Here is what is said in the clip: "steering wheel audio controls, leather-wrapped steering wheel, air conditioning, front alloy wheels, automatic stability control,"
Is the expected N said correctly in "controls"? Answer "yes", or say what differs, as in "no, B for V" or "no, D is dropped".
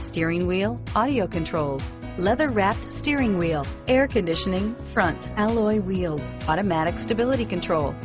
yes